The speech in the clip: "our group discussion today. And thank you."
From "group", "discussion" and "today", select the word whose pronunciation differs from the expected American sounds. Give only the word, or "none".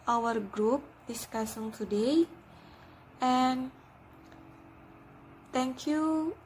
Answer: discussion